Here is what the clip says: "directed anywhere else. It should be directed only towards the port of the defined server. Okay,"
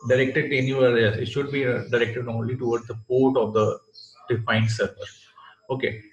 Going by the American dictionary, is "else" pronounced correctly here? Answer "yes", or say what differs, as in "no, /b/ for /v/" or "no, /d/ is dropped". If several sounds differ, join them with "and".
no, /l/ is dropped